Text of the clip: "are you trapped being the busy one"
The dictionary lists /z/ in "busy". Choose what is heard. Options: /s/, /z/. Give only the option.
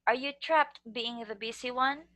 /s/